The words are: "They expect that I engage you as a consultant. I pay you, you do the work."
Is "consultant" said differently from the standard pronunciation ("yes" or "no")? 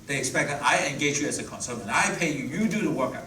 yes